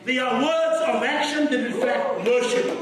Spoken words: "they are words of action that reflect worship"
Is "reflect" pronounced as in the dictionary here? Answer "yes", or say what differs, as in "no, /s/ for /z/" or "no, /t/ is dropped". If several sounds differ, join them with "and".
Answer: no, /l/ is dropped